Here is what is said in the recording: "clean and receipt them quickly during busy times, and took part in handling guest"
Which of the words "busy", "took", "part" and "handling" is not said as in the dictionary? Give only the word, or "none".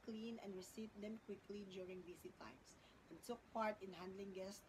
busy